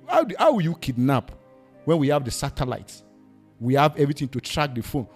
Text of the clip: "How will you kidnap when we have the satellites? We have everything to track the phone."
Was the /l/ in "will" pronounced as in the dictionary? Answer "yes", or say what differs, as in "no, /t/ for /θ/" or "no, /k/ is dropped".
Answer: no, /w/ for /l/